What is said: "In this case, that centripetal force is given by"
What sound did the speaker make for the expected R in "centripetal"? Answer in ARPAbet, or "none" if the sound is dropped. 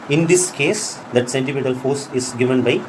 none